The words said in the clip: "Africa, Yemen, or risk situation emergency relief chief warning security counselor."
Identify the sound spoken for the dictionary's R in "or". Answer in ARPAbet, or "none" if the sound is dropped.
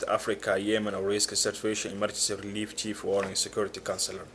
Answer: W